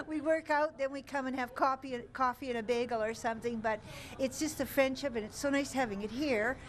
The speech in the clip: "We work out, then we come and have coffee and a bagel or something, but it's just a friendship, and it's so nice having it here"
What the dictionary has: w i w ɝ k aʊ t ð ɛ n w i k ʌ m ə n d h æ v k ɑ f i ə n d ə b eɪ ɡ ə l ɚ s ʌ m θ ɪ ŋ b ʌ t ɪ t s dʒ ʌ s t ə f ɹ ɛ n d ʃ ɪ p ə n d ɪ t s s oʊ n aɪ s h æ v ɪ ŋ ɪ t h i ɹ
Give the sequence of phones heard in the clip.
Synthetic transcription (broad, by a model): w i w ɝ k aʊ t ð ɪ n w i k ʌ m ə n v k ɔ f k ɑ f i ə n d ə b eɪ ɡ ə l ɚ s ʌ m θ ɪ ŋ b ʌ t ɪ t s dʒ ʌ s t ə f ɹ ɛ n d ʃ ɪ p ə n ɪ t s s oʊ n aɪ s h æ v ɪ ŋ ɪ t h i ɹ